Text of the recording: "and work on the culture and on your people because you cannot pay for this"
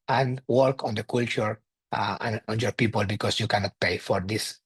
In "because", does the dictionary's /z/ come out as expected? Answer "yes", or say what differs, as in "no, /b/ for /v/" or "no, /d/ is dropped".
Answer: no, /s/ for /z/